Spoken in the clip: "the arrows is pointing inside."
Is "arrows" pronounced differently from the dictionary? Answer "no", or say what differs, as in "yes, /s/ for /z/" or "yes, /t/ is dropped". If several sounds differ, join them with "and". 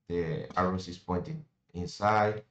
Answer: yes, /s/ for /z/